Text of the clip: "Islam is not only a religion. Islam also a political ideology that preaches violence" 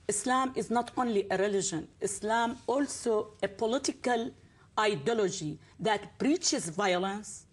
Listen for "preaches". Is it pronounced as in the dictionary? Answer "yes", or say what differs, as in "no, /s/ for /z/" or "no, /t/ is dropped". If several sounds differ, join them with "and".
no, /b/ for /p/